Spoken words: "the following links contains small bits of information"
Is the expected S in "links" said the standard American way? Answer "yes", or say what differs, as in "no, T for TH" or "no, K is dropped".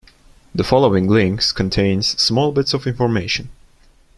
yes